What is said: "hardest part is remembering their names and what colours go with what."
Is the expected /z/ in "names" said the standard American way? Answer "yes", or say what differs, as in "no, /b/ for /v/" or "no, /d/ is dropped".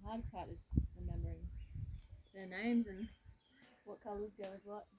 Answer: yes